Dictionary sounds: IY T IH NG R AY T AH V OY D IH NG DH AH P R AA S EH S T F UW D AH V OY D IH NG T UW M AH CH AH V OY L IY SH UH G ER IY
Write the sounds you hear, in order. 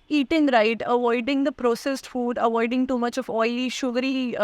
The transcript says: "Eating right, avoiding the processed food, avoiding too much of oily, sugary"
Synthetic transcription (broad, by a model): IY T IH NG R AY T AH V OY D IH NG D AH P R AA S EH S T F UW D AH V OY D IH NG T UW M AH CH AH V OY IY SH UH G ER IY